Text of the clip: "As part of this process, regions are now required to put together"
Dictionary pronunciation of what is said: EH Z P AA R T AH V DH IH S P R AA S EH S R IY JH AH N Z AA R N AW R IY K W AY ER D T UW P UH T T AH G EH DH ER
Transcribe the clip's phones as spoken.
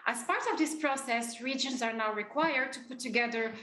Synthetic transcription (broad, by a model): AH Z P AA R T AH V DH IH S P R AA S EH S R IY JH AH N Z AA R N AW R IY K W AY ER D T UW P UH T T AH G EH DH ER